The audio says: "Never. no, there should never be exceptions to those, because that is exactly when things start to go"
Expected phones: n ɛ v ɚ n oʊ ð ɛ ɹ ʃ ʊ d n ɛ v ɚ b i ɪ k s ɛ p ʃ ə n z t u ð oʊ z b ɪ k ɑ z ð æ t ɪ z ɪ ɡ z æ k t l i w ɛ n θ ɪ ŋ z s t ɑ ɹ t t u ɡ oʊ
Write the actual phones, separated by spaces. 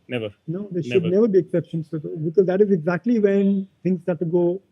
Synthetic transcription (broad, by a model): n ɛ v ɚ n oʊ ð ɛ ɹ ʃ ʊ d n ɛ v ɚ b i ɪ k s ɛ p ʃ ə n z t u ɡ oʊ b ɪ k ɑ z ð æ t ɪ z ɪ ɡ z æ k t l i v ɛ n t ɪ ŋ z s t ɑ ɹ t t u ɡ oʊ